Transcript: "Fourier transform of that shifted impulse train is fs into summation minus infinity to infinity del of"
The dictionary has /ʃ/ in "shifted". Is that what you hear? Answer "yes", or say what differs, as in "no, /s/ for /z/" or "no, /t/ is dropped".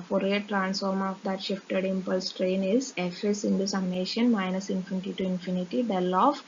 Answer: yes